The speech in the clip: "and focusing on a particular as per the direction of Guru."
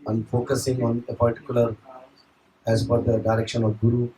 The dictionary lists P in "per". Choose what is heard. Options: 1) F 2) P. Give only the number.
1